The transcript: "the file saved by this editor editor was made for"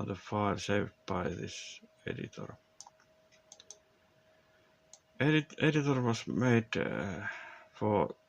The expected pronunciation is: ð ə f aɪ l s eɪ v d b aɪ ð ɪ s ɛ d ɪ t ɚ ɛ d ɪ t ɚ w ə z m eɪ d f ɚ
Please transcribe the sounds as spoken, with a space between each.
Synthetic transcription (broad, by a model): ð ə f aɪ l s eɪ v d b aɪ ð ɪ s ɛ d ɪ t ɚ ɛ d ɪ t ɚ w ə s m eɪ d f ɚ